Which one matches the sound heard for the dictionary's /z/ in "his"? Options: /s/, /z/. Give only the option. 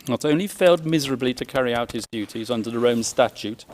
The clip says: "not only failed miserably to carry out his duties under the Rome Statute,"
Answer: /z/